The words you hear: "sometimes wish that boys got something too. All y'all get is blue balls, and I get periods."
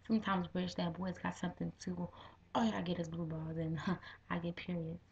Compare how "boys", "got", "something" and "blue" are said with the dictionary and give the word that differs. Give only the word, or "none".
none